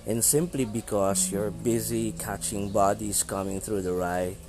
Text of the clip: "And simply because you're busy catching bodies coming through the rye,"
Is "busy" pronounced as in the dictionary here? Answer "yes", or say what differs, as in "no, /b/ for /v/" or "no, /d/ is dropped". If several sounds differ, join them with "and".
yes